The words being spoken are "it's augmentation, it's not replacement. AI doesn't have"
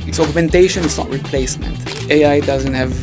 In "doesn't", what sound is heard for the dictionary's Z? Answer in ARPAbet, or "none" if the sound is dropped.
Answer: Z